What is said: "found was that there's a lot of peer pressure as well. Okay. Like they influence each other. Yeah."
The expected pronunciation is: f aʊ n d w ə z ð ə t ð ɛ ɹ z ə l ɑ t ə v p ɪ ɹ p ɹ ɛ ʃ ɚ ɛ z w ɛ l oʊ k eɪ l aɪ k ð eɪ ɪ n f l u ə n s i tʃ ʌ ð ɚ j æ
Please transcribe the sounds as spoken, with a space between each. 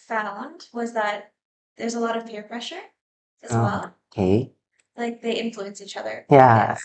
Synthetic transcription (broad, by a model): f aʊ n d w ə z ð ə t ð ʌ ɹ z ə l ɑ t ə v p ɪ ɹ p ɹ ɛ ʃ ɚ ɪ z w ɛ l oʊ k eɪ l aɪ k ð eɪ ɪ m f l u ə n s i tʃ ʌ ð ɚ j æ